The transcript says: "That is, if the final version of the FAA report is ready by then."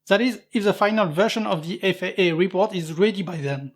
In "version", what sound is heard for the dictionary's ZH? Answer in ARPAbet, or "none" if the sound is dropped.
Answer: SH